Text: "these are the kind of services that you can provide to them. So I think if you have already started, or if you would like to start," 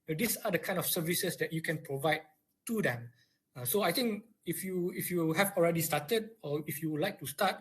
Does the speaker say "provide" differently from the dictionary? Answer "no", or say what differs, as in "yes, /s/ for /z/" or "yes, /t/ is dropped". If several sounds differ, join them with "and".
no